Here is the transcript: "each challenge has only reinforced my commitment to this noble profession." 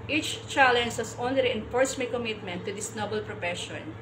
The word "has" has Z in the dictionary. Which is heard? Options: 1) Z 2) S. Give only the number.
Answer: 2